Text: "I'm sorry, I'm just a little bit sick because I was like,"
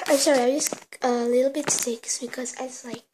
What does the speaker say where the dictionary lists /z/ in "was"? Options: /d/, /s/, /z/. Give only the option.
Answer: /s/